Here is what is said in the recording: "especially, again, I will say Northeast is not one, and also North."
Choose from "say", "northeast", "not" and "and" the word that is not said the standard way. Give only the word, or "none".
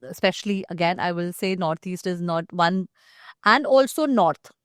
northeast